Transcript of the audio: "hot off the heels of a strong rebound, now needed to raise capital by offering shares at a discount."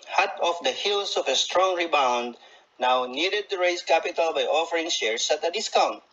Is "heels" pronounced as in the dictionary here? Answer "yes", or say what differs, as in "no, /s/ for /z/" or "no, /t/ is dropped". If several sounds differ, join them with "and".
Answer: no, /s/ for /z/